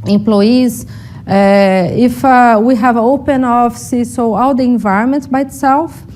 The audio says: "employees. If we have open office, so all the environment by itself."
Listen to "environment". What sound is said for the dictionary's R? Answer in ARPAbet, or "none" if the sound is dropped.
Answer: R